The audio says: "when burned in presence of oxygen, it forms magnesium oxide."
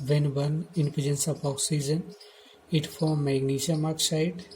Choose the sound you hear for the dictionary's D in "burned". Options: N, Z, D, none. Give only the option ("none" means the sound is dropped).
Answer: none